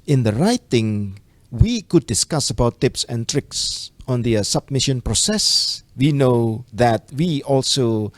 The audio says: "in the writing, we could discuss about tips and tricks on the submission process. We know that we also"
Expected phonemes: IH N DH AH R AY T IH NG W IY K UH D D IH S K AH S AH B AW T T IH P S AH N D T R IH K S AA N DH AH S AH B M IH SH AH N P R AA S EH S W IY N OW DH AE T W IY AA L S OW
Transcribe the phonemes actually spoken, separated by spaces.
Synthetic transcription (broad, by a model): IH N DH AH R AY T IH NG W IY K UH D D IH S K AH S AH B AW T T IH P S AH N T R IH K S AA N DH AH S AH B M IH SH AH N P R AA S EH S W IY N OW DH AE T W IY AA L S OW